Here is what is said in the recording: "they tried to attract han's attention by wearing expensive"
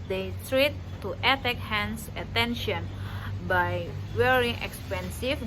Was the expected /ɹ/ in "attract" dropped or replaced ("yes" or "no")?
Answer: yes